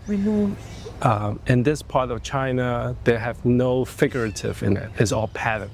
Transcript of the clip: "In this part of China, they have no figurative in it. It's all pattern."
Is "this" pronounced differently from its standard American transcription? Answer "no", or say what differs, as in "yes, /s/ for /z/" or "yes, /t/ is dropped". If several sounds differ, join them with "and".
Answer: no